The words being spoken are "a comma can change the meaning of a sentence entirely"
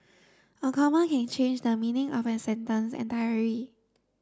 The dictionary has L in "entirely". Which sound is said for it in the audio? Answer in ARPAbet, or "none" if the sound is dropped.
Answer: none